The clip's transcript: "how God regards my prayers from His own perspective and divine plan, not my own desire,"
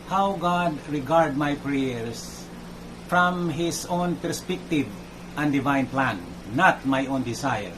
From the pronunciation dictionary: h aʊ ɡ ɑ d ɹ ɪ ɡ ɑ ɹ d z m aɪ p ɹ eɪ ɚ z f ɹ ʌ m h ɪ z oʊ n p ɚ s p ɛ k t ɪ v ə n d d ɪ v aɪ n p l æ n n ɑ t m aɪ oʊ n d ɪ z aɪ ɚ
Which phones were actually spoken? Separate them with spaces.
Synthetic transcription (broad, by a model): h aʊ ɡ ɑ d ɹ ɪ ɡ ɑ ɹ d m aɪ p ɹ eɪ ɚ s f ɹ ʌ m h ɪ s oʊ n p ɚ s p ɛ k t ɪ v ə n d d ɪ v aɪ n p l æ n n ɑ t m aɪ oʊ n d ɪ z aɪ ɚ